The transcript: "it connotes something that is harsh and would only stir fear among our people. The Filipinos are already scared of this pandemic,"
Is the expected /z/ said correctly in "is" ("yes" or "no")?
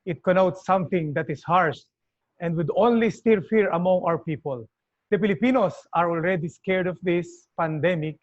no